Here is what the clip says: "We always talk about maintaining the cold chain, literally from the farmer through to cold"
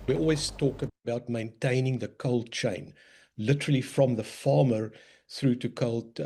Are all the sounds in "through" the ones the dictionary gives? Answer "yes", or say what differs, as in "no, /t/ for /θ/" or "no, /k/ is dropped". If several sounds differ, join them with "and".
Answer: yes